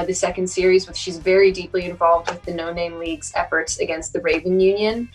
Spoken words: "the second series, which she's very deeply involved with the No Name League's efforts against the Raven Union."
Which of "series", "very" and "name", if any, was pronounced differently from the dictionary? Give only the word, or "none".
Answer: none